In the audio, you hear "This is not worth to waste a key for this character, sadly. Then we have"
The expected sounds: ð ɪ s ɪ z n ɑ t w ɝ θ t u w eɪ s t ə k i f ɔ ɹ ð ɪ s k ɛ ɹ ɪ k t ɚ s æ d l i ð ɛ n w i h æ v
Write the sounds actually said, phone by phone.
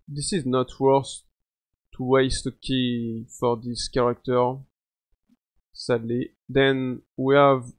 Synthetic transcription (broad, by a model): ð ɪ s ɪ z n ɑ t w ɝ s t u w eɪ s t ə k i f ɔ ɹ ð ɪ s k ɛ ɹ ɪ k t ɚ s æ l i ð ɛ n w i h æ v